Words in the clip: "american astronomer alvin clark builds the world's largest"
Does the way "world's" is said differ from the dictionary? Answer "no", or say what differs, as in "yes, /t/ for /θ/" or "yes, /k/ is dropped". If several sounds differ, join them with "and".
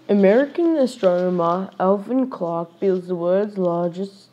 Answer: yes, /l/ is dropped